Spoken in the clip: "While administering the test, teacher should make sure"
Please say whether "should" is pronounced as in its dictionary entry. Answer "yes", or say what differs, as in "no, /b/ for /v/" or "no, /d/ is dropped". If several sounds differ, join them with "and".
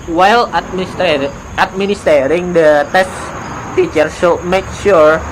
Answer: no, /s/ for /ʃ/